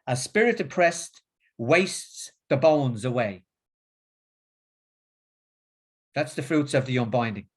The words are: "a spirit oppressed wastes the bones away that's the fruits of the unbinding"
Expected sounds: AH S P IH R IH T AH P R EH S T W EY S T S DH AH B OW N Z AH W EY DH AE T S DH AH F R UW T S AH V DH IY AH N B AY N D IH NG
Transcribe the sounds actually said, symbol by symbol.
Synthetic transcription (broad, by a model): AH S P IH R IH T AH P R EH S T W EY S T S DH AH B OW N Z AH W EY DH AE T S DH AH F R UW T S AH V DH IY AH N B AY N D IH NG